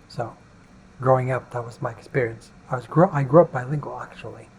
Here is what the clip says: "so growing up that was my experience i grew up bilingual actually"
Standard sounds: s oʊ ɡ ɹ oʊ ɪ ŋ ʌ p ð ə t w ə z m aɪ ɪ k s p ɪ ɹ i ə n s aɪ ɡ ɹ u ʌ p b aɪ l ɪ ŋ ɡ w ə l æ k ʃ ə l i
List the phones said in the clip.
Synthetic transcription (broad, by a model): s oʊ ɡ ɹ oʊ ɪ ŋ ʌ p ð ə t w ə z m aɪ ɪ k s p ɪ ɹ i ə n s aɪ ɡ ɹ u ʌ p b aɪ l ɪ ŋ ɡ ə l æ k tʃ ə l i